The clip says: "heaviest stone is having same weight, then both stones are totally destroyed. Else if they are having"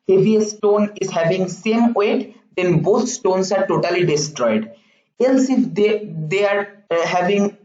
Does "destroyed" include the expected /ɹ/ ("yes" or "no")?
yes